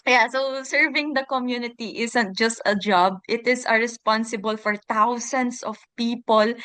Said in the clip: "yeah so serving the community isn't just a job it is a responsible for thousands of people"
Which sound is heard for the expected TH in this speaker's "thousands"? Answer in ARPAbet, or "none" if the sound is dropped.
T